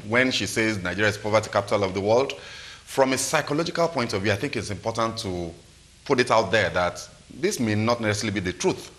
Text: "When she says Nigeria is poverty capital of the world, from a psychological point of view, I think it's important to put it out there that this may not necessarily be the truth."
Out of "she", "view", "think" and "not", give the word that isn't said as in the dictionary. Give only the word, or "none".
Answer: none